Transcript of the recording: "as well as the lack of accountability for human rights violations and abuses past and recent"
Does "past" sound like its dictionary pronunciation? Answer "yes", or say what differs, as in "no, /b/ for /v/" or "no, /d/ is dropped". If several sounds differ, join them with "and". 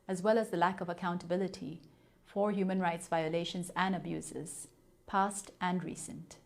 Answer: yes